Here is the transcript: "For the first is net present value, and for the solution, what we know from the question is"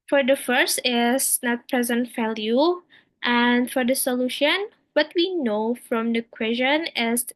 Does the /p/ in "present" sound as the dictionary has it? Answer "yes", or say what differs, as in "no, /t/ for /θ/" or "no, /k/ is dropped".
yes